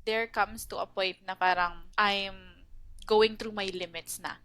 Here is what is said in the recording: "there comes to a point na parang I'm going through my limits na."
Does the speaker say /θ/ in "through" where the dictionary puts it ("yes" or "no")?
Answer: no